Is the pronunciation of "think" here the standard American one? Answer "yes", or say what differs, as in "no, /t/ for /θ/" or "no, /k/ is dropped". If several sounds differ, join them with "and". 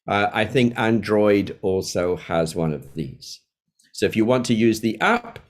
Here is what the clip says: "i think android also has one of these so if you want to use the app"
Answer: yes